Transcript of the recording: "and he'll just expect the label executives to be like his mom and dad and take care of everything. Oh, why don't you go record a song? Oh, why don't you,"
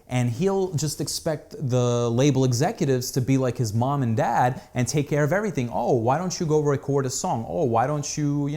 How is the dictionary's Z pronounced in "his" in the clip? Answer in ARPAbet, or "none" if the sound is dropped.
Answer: Z